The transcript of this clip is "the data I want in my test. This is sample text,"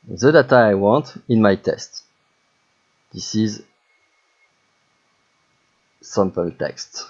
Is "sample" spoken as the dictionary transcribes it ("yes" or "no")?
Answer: no